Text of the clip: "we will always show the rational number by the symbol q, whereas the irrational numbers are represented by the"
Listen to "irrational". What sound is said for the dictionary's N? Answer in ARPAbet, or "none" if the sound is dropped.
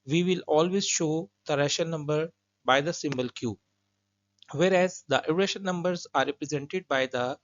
none